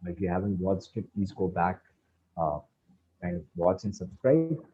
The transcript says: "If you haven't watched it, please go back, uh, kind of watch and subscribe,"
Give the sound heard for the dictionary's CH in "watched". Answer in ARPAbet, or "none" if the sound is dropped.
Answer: S